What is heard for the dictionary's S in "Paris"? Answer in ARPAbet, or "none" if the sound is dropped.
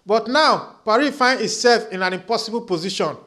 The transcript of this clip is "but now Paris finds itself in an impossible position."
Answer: none